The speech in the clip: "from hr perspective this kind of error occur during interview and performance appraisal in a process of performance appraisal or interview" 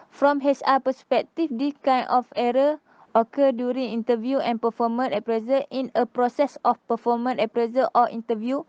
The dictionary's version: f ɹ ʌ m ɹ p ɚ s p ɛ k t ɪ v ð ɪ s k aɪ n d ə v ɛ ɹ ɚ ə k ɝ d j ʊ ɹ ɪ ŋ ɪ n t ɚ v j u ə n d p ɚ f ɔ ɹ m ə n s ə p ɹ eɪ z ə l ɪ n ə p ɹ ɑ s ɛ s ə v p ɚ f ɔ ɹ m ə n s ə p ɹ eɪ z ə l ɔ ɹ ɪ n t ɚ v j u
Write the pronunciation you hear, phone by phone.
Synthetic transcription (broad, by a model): f ɹ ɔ m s p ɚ s p ɛ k t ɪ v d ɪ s k aɪ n ə f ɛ ɹ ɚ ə k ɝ d j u ɹ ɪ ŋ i n t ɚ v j u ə n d p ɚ f ɔ m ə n ə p ɹ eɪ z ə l ɪ n ə p ɹ ɑ s ɛ s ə f p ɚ f ɔ m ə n ə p ɹ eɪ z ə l ɔ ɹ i n t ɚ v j u